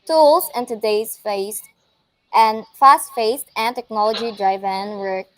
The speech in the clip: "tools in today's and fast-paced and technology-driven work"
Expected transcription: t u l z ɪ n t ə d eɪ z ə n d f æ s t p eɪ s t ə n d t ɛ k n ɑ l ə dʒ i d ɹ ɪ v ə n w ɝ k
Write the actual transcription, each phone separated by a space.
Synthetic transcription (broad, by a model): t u l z ɪ n t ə d eɪ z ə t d f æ s t f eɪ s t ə n t ɛ k n ɑ l ə dʒ i d ɹ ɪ v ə n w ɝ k